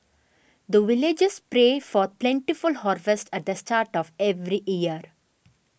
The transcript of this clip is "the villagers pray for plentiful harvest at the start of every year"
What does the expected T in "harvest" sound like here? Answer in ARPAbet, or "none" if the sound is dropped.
T